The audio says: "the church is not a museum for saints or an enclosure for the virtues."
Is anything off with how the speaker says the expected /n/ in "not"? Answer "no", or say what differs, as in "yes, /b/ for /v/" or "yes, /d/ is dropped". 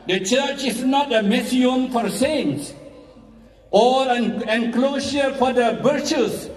no